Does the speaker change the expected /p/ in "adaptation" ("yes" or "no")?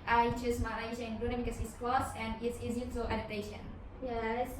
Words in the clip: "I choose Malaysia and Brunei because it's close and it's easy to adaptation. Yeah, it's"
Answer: yes